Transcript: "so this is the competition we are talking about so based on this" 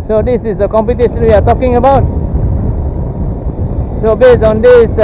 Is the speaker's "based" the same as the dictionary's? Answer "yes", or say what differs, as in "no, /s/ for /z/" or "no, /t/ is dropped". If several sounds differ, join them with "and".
no, /t/ is dropped